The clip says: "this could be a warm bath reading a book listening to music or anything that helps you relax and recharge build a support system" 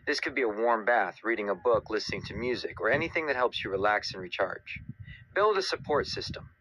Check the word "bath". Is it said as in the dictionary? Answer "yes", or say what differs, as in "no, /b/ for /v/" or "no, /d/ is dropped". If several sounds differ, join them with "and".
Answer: yes